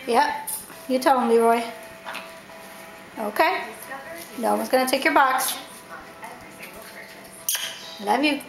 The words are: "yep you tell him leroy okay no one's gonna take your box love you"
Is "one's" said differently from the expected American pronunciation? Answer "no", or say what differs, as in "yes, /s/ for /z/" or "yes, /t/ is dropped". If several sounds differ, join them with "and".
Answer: yes, /n/ is dropped